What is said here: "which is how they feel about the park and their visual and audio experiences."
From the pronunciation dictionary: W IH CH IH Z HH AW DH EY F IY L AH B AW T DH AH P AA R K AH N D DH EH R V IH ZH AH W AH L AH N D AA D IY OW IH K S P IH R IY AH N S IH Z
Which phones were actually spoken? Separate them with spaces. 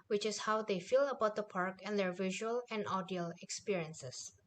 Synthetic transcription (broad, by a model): W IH CH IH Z HH AW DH EY F IY L AH B AW T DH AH P AA R K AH N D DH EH R V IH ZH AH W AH L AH N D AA D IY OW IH K S P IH R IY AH N S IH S